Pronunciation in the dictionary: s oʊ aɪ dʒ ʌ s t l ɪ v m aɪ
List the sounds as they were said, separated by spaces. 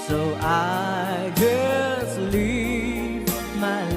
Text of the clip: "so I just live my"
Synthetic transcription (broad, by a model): s oʊ aɪ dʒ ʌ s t l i p m aɪ